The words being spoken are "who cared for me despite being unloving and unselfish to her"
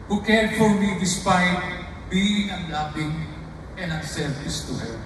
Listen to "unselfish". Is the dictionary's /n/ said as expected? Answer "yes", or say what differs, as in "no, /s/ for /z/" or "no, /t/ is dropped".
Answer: no, /n/ is dropped